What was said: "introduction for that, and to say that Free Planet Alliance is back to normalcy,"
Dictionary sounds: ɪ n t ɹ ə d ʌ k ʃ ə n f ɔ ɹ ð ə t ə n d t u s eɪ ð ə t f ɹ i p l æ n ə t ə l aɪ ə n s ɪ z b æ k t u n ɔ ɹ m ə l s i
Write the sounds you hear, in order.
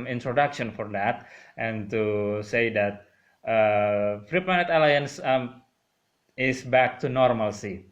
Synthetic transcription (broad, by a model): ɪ n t ɹ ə d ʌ k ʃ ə n f ɔ ɹ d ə t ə n t u s eɪ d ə t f ɹ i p ɑ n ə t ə l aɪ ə n s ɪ s b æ k t u n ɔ ɹ m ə l s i